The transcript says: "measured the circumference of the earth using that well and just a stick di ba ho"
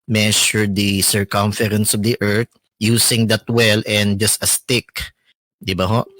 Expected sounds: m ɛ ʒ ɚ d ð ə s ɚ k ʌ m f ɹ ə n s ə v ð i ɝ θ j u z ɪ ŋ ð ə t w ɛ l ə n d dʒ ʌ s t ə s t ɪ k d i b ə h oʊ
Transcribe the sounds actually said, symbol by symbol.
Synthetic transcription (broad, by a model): m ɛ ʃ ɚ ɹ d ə s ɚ k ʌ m f ɹ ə n s ə v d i ɝ t j u s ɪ ŋ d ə t w ɛ l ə n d dʒ ʌ s t ə s t ɪ k d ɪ b ə h oʊ